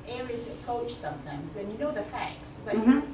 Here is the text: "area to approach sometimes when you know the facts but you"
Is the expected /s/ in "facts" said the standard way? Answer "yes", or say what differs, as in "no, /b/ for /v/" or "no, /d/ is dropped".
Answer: yes